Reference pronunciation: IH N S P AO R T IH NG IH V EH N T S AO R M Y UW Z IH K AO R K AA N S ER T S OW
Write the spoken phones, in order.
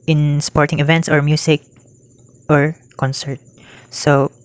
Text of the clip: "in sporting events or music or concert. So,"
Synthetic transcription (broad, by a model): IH N S P AO R T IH NG IH V EH N T S AO R M Y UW S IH K AO R K AA N S ER T S OW